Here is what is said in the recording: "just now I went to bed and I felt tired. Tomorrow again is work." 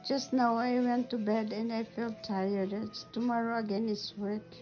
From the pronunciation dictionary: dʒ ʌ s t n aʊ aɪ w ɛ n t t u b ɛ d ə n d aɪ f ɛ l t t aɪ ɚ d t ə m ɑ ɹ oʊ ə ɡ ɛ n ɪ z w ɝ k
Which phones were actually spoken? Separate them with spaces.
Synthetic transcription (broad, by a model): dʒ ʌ s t n aʊ aɪ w ɛ n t t u b ɛ d ə n d aɪ f ɛ l t t aɪ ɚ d t ə m ɑ ɹ oʊ ə ɡ ɛ n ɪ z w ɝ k